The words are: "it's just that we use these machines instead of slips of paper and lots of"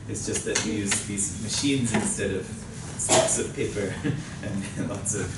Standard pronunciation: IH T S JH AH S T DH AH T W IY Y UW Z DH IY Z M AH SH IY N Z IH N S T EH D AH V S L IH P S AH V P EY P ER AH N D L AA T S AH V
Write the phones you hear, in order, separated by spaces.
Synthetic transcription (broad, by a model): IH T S JH AH S T DH AH T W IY Y UW Z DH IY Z M AH SH IY N Z IH N S T EH D AH V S IH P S AH V P EY P ER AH N L AA T S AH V